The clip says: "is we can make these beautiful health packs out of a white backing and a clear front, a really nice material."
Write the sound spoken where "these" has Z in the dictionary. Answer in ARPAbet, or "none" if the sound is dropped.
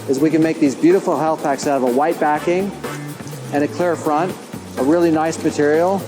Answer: Z